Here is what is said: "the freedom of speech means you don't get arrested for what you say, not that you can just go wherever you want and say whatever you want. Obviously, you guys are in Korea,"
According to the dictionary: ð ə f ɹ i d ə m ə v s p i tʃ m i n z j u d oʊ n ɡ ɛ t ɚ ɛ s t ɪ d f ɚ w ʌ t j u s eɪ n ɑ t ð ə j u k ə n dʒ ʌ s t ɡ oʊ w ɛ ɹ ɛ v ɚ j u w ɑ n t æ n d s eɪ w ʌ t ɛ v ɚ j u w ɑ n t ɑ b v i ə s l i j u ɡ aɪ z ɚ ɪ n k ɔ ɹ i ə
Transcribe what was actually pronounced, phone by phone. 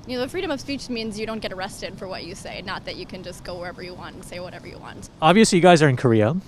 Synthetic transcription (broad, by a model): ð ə f ɹ i d ə m ə v s p i tʃ m i n z j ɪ d oʊ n ɡ ɛ t ɚ ɛ s t ɪ d f ɚ w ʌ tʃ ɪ s eɪ n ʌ t ð ə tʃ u k ə n dʒ ʌ s ɡ oʊ w ɛ ɹ ɛ v ɚ j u w ɑ n t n s eɪ w ʌ t ɛ v ɚ j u w ɑ n t ɑ b v i ə s l i j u ɡ aɪ z ɚ ɪ n k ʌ ɹ i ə